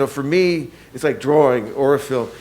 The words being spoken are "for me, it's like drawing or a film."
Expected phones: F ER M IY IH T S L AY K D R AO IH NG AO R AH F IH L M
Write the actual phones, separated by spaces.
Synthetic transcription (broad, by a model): F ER M IY IH T S L AY K D R AO IH NG AO R AH F IH L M